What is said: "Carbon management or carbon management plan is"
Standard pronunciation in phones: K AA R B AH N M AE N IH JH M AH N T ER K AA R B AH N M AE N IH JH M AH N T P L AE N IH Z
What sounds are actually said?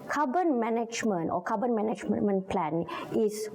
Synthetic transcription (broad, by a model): K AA B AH N M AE N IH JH M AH N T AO K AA B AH N M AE N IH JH M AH N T P L AE N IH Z